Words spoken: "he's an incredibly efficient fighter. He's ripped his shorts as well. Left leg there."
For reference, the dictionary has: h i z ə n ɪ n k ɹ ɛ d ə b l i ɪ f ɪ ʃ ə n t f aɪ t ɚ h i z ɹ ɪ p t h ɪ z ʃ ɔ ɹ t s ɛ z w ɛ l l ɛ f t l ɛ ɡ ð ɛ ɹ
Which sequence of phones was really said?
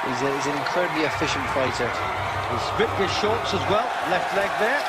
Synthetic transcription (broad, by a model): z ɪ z ə n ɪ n k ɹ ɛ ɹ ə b l i ɪ f ɪ ʃ ə n t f aɪ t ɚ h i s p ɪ t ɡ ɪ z ʃ ɔ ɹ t s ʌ z w ɛ l l ɛ f t l ɛ ɡ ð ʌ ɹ